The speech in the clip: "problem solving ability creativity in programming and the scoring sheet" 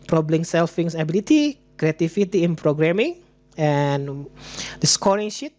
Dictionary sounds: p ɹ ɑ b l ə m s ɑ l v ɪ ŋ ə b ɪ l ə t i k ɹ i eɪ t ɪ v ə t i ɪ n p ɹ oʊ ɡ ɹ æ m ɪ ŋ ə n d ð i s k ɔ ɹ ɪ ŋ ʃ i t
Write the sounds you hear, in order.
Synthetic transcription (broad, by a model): p ɹ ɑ b l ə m s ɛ l f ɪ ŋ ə b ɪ l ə t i k ɹ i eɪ t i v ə t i ɪ n p ɹ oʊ ɡ ɹ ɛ m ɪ ŋ ə n d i s k ɔ ɹ ɪ ŋ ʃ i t